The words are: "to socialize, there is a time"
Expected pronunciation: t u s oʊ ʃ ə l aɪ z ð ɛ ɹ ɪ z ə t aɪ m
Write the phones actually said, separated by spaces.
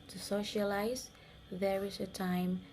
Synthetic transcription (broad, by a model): t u s oʊ ʃ ə l aɪ z ð ɛ ɹ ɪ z ə t aɪ m